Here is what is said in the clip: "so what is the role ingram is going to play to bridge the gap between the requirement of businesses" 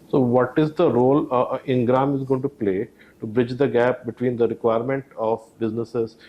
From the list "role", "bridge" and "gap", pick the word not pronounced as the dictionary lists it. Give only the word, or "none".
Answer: none